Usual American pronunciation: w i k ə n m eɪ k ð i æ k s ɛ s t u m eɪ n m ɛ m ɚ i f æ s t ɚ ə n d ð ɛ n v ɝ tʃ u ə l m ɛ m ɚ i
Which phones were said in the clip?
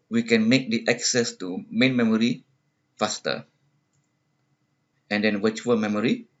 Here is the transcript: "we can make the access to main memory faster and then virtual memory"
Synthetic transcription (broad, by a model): w i k ə n m eɪ k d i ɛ k s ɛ s t u m eɪ n m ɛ m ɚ i f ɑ s t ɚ ə n d ɛ n w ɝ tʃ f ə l m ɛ m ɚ i